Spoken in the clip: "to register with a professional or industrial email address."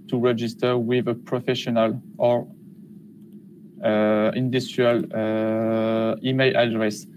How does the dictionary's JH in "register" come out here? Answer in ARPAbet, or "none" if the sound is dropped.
JH